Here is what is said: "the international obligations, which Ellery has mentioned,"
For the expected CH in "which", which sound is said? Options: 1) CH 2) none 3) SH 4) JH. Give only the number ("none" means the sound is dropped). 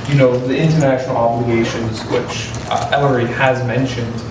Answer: 1